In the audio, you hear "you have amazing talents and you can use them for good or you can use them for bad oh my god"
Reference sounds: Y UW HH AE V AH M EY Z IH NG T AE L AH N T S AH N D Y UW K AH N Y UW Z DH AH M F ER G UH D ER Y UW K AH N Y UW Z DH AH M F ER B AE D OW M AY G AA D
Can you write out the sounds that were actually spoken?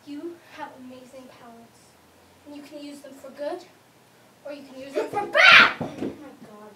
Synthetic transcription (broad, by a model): Y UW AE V AH M EY Z IH NG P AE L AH T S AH N Y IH K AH N Y UW Z DH AH M F ER G UH D ER Y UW K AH N Y UW Z DH AH M F ER B AE D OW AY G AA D